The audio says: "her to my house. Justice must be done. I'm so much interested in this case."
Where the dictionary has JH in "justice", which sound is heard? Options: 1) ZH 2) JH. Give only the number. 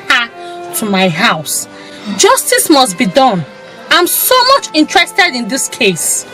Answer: 2